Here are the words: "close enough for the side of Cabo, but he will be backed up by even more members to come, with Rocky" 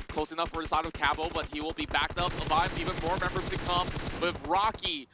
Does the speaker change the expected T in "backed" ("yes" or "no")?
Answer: no